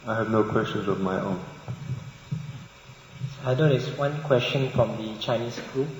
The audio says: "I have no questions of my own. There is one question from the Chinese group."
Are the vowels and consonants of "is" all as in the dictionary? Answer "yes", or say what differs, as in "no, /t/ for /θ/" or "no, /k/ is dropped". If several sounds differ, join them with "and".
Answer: no, /s/ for /z/